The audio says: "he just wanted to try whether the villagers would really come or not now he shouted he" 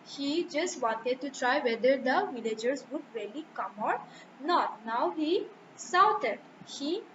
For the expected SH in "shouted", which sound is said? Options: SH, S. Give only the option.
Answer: S